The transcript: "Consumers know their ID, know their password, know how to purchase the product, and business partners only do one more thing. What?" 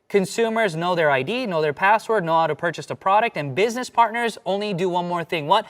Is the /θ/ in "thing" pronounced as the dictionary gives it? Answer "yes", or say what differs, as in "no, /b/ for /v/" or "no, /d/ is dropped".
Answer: yes